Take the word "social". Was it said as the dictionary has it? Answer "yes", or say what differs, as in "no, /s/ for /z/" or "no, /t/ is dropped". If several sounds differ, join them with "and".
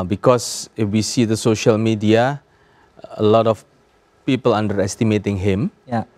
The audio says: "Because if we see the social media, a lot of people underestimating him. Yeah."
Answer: yes